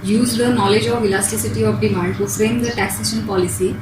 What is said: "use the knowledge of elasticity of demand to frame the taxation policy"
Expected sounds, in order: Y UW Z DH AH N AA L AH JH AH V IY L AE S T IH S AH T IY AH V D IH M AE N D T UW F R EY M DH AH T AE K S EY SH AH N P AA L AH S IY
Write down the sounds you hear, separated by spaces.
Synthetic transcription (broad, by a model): Y UW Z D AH N AA L AH JH AH V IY L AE S T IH S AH T IY AH V D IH M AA N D T UW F R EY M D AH T AE K S EY SH AH N P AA L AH S IY